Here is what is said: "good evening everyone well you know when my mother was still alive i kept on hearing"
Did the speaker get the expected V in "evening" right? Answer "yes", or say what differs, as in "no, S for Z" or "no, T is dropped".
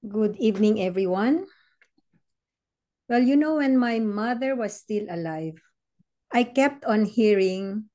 yes